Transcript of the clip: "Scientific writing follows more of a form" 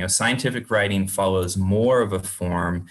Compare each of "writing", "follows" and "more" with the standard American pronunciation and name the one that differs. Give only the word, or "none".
none